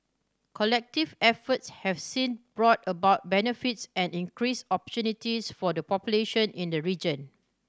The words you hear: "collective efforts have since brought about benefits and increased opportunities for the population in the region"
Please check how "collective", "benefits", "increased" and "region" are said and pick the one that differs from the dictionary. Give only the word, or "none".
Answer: increased